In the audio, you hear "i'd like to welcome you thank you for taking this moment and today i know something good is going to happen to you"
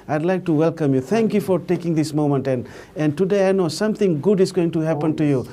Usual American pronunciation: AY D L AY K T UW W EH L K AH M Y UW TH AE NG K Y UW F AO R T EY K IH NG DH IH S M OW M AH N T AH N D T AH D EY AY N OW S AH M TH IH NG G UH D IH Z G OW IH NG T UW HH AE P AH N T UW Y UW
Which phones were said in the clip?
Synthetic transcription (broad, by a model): AY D L AY K T UW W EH L K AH M Y UW T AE NG K Y UW F AO R T EY K IH NG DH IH S M OW M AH N T AH N D T AH D EY AY N OW S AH M T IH NG G UH D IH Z G OW IH NG T UW HH AE P AH N T UW Y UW